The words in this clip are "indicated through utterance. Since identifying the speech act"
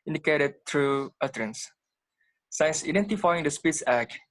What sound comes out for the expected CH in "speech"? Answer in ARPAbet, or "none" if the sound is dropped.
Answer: S